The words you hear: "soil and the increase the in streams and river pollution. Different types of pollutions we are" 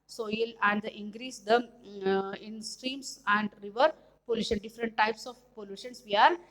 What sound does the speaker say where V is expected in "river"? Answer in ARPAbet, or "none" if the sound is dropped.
V